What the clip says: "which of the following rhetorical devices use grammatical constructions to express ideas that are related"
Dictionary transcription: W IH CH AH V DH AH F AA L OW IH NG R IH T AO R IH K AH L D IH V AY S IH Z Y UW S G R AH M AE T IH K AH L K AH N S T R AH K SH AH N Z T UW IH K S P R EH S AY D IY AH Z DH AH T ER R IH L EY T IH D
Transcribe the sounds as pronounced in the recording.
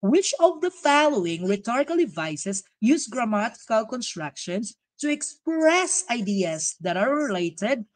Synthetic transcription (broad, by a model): W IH CH AH V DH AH F AA L OW IH NG R IH T AO R IH K AH L D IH V AY S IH S Y UW S G R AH M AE T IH K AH L K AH N S T R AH K SH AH N S T UW IH K S P R EH S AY D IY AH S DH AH T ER R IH L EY T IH D